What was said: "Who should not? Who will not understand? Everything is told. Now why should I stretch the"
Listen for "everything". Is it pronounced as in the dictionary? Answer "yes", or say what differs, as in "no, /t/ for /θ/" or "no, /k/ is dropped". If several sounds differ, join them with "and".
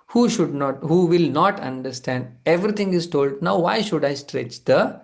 no, /t/ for /θ/